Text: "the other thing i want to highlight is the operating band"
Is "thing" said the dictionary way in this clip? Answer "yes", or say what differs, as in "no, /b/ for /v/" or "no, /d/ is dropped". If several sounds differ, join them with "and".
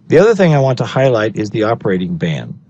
yes